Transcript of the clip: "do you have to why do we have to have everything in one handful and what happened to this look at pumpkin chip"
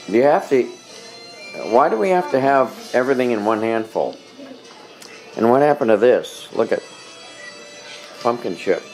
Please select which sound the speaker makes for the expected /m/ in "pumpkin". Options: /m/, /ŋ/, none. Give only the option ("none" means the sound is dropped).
/m/